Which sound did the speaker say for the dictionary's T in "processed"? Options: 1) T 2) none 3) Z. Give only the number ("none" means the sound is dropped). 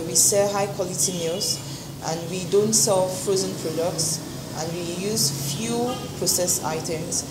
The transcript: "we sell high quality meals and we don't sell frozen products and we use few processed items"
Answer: 2